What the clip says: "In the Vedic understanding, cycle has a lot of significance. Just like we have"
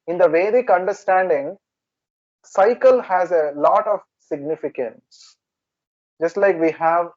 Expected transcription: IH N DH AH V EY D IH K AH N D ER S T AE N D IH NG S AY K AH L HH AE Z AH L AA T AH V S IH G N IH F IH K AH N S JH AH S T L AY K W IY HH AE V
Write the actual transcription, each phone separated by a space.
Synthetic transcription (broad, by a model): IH N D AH V EY D IH K AH N D ER S T AE N D IH NG S AY K AH L HH AE Z AH L AA T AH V S IH G N IH F IH K AH N S JH AH S T L AY K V IY HH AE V